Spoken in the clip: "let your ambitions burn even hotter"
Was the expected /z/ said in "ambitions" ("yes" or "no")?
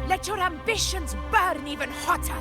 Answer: yes